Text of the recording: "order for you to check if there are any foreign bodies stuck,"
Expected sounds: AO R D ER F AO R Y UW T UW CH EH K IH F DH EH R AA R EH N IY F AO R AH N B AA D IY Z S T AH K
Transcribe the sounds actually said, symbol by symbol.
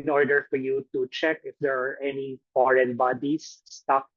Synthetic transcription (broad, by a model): AO R D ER F AO R Y UW T UW CH EH K IH F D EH R AA R EH N IY F AO R AH N B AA D IY S T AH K